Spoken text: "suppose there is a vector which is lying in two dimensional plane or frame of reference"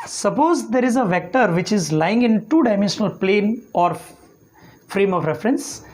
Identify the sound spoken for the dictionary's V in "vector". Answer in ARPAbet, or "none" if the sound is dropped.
V